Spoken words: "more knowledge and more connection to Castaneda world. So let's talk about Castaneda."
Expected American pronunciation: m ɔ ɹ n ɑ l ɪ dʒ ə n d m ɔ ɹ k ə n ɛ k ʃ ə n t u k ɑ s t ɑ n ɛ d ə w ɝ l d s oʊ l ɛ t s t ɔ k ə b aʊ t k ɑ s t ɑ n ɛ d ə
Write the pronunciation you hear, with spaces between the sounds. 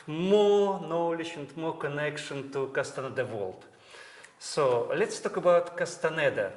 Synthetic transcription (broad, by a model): m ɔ n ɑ l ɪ ʃ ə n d m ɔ k ə n ɛ k ʃ ə n t u k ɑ s t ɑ n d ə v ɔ l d s oʊ l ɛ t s t ɔ k ə b aʊ t k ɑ s t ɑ n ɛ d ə